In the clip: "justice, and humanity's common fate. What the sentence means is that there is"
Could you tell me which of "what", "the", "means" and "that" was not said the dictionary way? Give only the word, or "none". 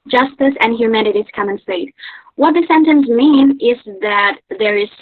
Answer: means